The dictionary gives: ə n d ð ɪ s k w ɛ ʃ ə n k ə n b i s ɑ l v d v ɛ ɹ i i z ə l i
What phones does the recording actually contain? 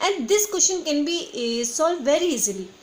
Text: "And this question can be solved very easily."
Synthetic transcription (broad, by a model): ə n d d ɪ s k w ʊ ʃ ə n k ə n b i s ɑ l d v ɛ ɹ i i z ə l i